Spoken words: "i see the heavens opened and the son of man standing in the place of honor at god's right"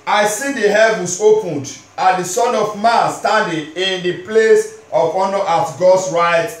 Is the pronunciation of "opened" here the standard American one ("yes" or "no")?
yes